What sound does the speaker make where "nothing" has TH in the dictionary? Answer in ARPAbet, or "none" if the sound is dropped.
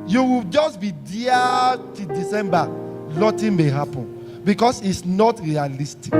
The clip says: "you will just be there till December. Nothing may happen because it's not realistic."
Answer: T